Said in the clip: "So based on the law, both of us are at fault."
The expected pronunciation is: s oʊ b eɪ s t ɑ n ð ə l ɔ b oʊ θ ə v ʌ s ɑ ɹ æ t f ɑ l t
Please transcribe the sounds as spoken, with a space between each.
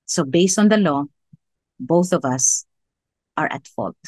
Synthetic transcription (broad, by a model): s oʊ b eɪ s t ɑ n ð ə l ɔ b oʊ θ ə v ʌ s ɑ ɹ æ t f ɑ l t